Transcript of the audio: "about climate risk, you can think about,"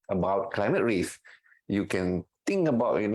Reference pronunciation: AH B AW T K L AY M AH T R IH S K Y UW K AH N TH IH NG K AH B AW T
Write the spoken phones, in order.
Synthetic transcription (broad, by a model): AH B AW T K L AY M AH T R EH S Y UW K AH N T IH NG K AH B AW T